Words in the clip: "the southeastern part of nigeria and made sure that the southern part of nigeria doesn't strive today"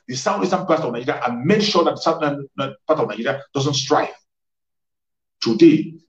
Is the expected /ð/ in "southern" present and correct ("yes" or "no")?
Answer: no